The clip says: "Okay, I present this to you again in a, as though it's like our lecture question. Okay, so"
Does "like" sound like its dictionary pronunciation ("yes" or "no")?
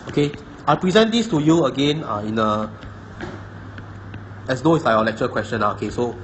no